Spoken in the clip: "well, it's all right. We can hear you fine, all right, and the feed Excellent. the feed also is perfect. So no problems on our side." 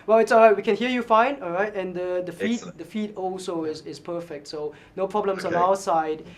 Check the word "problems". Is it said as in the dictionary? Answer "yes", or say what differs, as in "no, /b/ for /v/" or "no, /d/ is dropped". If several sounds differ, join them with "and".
no, /s/ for /z/